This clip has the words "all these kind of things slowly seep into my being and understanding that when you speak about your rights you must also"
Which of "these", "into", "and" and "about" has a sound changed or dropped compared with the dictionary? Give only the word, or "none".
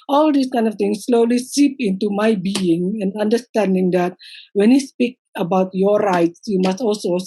these